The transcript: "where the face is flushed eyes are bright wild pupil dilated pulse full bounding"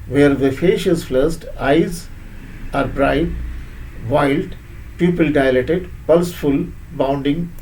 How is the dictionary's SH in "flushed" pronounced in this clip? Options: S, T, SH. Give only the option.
S